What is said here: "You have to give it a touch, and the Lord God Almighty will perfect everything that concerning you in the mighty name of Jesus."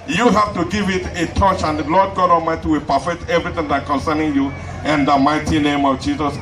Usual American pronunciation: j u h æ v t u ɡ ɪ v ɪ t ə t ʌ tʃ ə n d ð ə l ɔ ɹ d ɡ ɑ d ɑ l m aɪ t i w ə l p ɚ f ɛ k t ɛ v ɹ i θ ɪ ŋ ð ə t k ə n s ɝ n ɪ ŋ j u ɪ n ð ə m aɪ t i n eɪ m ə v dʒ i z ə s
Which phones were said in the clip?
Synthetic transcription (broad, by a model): j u h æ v t u ɡ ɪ v ɪ t ə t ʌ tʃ ə n d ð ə l ɔ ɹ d ɡ ɑ d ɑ m aɪ t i w ə l p ɚ f ɛ k t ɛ v ɹ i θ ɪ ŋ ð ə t k ə n s ɝ n ɪ ŋ j u ɪ n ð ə m aɪ t i n eɪ m ə v dʒ i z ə s